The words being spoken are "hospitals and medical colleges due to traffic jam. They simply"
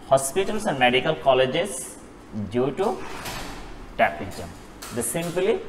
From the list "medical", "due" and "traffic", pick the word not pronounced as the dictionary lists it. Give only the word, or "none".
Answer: traffic